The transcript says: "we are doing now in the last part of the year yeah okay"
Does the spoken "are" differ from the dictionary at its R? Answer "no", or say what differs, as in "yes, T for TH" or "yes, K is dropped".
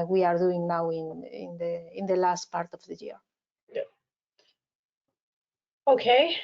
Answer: no